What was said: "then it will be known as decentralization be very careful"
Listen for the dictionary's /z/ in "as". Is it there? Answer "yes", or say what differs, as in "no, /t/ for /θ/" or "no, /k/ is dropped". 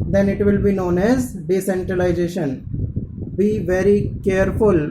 yes